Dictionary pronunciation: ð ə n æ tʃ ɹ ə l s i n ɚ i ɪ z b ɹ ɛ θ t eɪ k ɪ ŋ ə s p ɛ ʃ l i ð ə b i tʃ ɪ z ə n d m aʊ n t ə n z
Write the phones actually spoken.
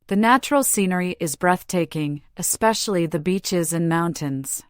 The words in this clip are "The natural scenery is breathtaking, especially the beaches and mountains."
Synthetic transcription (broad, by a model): ð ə n æ tʃ ɹ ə l s i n ɚ i ɪ z b ɹ ɛ θ t eɪ k ɪ ŋ ə s p ɛ ʃ l i ð ə b i tʃ ɪ z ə n m aʊ n t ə n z